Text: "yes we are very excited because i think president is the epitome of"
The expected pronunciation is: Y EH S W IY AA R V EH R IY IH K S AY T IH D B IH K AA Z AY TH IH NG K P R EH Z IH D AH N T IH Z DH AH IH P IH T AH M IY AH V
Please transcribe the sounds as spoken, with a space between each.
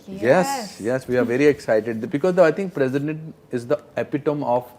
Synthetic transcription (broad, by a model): Y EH S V IY AA R V EH R IY IH K S AY T IH D B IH K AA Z AY T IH NG K P R EH Z IH D AH N T IH Z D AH IH P IH T AH M IY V